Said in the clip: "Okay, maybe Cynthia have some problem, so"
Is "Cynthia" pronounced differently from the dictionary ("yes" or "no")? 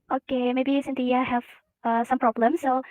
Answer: yes